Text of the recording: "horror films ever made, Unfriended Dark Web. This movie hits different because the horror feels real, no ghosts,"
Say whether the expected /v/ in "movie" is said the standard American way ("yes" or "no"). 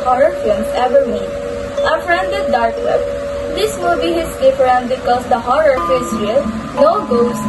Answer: no